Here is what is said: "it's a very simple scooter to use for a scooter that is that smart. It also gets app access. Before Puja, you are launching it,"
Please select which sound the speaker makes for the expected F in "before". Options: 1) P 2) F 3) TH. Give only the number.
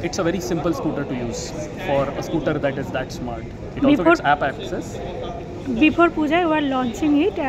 1